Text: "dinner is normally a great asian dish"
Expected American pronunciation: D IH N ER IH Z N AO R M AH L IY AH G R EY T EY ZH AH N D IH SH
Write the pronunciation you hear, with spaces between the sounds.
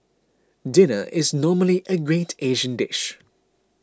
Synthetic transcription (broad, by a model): D IH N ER IH Z N AO M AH L IY AH G R EY T EY ZH AH N D IH SH